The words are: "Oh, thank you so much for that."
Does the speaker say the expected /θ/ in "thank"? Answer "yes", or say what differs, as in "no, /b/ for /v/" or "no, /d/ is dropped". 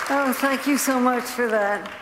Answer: yes